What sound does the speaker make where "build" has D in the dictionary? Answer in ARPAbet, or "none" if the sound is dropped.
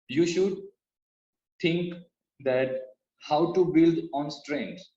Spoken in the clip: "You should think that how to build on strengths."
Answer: D